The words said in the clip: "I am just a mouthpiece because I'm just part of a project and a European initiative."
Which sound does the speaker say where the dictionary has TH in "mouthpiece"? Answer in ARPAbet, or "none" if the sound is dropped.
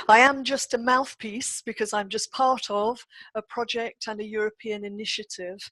TH